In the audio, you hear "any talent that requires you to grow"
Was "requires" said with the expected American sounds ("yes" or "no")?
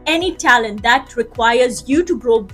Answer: yes